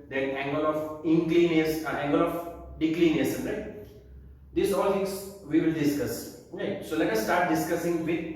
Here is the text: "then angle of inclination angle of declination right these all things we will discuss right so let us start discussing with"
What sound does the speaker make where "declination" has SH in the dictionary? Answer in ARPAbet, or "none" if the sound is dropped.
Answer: S